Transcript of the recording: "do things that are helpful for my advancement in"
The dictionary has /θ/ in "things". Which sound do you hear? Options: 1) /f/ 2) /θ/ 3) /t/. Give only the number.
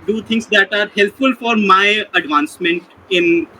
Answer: 3